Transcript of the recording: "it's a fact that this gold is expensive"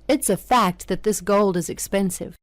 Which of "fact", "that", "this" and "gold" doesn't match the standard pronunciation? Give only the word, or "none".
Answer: none